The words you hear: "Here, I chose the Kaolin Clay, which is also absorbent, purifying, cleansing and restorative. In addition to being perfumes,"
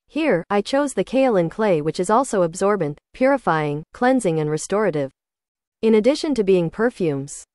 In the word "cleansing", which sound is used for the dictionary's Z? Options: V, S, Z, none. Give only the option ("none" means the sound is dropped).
Z